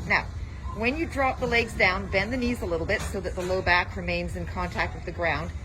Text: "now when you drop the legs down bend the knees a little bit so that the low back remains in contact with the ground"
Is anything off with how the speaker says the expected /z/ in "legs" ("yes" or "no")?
no